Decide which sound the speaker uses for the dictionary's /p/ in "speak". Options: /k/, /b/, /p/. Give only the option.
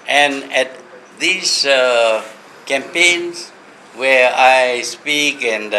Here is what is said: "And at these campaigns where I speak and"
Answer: /p/